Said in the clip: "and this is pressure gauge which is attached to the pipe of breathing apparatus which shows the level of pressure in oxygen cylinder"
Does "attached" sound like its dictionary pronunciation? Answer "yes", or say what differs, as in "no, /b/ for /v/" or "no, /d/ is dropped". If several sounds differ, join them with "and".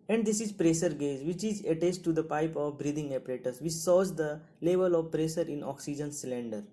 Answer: no, /s/ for /tʃ/